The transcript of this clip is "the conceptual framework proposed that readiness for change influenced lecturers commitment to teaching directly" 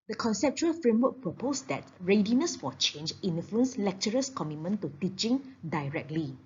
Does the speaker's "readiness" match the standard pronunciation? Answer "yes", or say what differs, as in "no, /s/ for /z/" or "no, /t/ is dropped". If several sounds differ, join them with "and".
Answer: yes